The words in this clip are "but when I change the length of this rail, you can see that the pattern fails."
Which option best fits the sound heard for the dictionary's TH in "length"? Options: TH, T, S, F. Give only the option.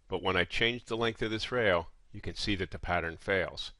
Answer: TH